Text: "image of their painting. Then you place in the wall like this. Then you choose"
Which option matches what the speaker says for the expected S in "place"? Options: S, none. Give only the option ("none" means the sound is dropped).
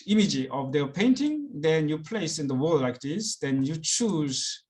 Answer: S